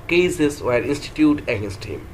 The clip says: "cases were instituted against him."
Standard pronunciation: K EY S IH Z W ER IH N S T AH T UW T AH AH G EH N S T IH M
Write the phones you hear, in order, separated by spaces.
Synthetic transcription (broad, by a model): K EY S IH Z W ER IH N S T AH T UW T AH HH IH S T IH M